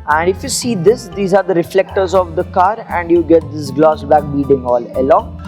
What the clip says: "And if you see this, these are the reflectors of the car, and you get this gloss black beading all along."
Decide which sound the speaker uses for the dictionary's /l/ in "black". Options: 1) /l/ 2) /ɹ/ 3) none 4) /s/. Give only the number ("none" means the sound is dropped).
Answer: 3